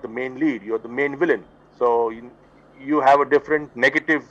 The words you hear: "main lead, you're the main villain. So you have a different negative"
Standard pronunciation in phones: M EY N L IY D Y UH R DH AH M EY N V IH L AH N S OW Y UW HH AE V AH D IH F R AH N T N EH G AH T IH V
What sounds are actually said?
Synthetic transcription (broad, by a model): M EY N L IY D Y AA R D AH M EY N V IH L AH N S OW Y UW HH AE V AH D IH F R AH N T N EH G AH T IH V